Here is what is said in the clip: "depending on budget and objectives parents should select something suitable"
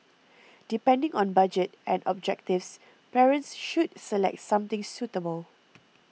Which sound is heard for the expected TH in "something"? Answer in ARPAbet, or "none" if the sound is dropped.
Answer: T